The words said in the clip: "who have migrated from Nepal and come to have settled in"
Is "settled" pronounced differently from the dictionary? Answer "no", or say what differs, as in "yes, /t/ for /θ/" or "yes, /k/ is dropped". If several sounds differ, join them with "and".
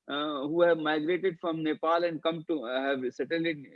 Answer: yes, /d/ is dropped